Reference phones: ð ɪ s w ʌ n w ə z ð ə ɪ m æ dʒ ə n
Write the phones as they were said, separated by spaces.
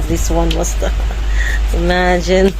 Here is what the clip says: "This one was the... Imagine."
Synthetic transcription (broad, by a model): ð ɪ s w ʌ n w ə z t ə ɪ m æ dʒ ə n